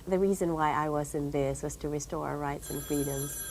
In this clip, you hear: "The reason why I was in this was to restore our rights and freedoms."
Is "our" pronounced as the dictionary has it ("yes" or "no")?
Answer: yes